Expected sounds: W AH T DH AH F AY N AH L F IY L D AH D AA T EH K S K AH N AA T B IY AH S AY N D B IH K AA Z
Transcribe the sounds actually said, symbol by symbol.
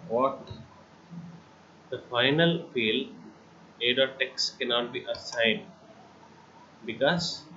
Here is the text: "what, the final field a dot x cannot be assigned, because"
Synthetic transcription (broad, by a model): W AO T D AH F AY N AH L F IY L AH D AA T EH K S K AH N AA T B IY AH S AY N D B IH K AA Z